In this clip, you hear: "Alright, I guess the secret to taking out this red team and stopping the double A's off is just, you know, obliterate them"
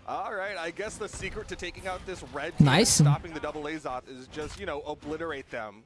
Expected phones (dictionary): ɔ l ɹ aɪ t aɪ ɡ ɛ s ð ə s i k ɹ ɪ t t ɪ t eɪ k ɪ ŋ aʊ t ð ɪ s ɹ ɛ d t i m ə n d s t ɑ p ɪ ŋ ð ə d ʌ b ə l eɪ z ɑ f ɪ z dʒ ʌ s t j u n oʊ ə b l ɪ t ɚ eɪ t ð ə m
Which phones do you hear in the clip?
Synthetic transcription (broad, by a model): ɔ l ɹ aɪ t aɪ ɡ ɛ s ð ə s i k ɹ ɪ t t ɪ t eɪ k ɪ ŋ aʊ t ð ɪ s ɹ ɛ d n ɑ ə s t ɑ p ɪ ŋ ð ə d ʌ b l eɪ z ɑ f ɪ z dʒ ʌ s t j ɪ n oʊ ə b l ɪ t ɚ eɪ t ð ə m